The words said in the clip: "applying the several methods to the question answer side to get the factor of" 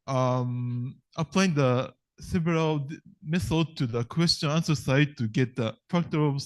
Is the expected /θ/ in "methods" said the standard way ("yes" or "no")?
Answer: no